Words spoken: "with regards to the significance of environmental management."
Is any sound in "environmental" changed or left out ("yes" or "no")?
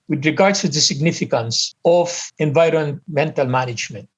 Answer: no